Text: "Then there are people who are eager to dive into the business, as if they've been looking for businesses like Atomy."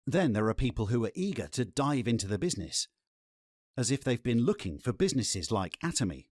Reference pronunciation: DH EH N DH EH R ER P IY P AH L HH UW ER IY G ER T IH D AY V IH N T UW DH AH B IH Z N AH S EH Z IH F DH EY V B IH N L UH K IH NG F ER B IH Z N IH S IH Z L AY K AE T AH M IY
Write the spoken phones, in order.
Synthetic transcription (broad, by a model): DH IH N DH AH R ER P IY P AH L HH UW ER IY G ER T IH D AY V IH N T UW DH AH B IH Z N AH S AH Z IH F DH EY V B IH N L UH K IH NG F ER B IH Z N IH S IH Z L AY K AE T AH M IY